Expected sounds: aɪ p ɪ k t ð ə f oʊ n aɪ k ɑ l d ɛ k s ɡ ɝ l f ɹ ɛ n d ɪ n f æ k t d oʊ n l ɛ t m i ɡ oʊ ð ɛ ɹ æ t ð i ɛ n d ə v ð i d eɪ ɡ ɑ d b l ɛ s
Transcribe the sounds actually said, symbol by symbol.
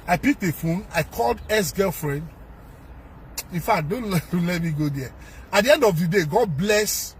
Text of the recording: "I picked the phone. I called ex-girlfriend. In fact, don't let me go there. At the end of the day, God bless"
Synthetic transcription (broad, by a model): aɪ p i k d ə f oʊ n aɪ k ɑ l d ɛ s ɡ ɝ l f ɹ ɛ n d ɪ n f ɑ k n d oʊ n l ɛ t m i ɡ oʊ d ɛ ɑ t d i ɛ n d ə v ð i d eɪ ɡ ɑ d b l ɛ s